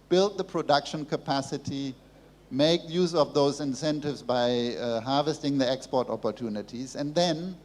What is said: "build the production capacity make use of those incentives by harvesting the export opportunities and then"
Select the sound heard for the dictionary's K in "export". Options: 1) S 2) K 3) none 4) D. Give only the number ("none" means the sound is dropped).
2